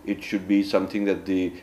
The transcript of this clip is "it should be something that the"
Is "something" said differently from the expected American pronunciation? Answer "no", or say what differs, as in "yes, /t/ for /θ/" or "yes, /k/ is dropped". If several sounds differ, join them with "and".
yes, /t/ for /θ/